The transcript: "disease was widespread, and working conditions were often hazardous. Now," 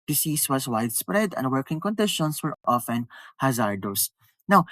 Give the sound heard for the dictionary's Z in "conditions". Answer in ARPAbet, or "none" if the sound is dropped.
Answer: S